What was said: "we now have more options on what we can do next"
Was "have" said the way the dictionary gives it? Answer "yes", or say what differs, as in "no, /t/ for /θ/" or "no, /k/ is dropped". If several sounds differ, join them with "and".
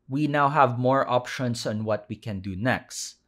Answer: yes